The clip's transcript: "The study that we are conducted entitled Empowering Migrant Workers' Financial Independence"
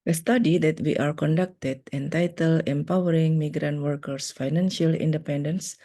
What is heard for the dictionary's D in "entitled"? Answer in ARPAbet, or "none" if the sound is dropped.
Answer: none